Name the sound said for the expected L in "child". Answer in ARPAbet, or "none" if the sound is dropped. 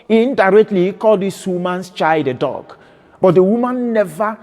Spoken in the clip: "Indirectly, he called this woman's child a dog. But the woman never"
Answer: none